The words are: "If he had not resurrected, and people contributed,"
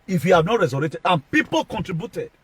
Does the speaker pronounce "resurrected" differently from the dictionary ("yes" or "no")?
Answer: yes